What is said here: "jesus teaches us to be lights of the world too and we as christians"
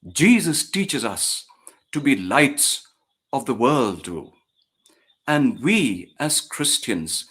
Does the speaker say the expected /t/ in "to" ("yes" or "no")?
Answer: yes